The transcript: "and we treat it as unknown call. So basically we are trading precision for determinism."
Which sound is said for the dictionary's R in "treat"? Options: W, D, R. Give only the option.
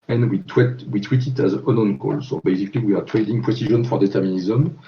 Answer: W